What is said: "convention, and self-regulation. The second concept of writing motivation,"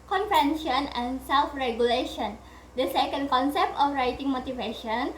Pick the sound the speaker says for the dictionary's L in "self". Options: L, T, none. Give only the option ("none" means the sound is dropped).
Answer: L